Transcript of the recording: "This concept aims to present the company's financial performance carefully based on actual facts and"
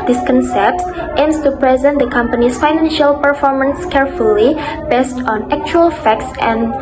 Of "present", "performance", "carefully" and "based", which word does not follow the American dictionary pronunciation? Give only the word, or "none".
none